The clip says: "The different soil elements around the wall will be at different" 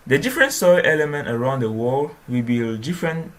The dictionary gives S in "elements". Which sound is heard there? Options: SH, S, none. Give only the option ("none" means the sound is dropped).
none